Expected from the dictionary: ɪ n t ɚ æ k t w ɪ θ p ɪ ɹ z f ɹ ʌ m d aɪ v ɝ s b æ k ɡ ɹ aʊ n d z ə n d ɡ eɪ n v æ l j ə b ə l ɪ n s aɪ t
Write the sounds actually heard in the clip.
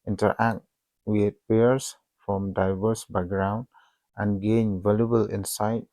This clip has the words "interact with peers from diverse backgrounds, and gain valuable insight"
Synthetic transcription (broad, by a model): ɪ n t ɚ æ k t w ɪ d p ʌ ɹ s f ɹ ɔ m d aɪ v ɝ s b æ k ɡ ɹ aʊ n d ə n ɡ eɪ n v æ l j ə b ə l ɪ n s aɪ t